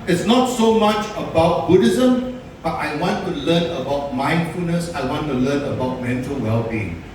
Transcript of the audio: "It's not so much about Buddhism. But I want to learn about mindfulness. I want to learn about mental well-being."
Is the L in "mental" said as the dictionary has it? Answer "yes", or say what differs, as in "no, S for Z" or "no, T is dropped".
yes